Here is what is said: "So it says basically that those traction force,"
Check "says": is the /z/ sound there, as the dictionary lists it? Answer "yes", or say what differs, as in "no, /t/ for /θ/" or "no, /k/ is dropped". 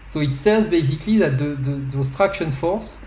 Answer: yes